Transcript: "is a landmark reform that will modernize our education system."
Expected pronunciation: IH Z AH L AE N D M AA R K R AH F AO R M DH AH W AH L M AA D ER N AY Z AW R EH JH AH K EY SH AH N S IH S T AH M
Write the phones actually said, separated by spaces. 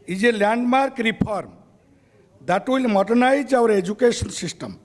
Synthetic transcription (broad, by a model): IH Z AH L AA N D M AA R K R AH P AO R M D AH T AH L M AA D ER N AY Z AW R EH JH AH K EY S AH N S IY S T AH M